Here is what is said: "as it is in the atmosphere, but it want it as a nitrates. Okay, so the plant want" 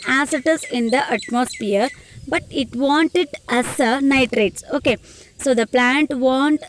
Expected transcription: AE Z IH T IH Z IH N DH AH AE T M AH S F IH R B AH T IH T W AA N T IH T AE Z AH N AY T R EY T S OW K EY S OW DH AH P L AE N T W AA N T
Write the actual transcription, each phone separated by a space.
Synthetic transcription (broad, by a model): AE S IH T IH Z IH N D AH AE T M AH S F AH R B AH T IH T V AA N T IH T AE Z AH N AY T R EY T S OW K EY S OW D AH P L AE N T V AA N T